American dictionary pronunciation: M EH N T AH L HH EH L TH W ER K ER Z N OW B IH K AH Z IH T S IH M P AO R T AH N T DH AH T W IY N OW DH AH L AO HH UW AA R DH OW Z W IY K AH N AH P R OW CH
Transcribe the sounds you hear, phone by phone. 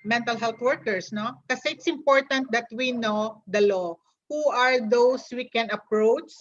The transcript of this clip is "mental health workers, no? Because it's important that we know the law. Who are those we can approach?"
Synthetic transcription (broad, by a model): M EH N T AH L HH EH L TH W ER K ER S N OW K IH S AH IH T S IH M P AO R T AH N T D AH T W IY N OW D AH L AO HH UW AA R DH OW S W IY K AH N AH P R OW CH